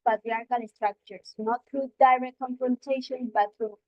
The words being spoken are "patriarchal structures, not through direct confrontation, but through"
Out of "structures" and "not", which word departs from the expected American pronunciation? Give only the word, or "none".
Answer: structures